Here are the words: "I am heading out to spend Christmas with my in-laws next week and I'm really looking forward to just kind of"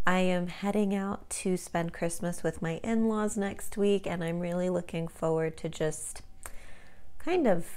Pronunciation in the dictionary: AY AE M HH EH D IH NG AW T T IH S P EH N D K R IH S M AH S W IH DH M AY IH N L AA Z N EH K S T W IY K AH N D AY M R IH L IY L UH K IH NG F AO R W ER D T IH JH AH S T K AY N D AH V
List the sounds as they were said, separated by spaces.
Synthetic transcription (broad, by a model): AY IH M HH EH D IH NG AW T T IH S P EH N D K R IH S M AH S W IH DH M AY IH N L AA Z N EH K S T W IY K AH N AY M R IH L IY L UH K IH NG F AO R W ER D T IH JH AH S T K AY N D AH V